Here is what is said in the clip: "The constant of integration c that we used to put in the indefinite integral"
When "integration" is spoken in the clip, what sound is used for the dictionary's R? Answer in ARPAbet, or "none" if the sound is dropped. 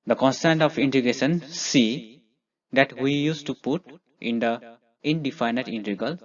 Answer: none